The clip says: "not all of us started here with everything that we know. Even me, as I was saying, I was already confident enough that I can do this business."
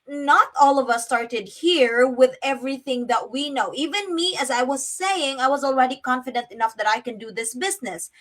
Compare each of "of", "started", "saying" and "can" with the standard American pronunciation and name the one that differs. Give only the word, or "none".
none